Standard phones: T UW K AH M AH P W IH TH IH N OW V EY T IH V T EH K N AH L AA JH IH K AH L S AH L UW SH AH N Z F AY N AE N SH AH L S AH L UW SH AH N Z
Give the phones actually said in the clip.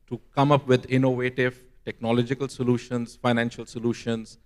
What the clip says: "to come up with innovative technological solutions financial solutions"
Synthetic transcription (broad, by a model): T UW K AH M AH P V IH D IH N OW V EY T IH V T EH K N AH L AA JH IH K AH L S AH L UW SH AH N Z F AY N AE N SH AH L S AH L UW SH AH N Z